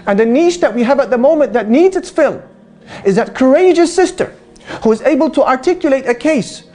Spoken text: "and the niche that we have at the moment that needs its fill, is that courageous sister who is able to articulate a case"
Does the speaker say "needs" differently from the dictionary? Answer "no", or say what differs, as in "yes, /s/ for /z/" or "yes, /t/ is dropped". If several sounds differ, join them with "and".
no